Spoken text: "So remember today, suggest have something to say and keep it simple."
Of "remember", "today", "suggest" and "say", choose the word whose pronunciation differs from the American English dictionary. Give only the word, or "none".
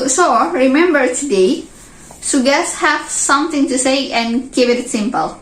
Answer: suggest